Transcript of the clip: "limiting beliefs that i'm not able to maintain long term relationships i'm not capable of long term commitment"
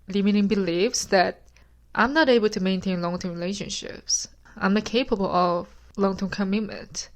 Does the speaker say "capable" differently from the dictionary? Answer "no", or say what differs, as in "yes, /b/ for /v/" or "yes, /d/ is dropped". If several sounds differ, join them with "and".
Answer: no